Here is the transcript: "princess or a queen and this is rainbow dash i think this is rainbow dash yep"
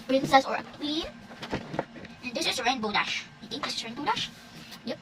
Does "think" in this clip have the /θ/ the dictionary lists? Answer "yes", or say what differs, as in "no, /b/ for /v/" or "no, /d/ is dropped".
no, /t/ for /θ/